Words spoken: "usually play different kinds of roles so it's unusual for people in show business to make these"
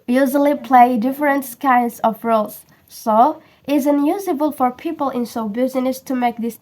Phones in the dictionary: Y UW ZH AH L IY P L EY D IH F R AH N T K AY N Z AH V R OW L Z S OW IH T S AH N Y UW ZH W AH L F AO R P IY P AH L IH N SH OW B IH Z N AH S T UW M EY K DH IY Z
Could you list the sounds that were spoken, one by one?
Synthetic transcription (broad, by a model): Y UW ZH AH L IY P L EY D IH F R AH N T K AY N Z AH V R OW L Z S OW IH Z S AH N Y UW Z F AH L F AO R P IY P AH L IH N S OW B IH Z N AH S T UW M EY K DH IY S